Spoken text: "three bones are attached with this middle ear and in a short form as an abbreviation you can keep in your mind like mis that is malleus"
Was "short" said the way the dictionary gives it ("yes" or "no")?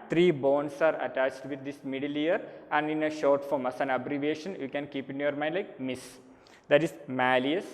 yes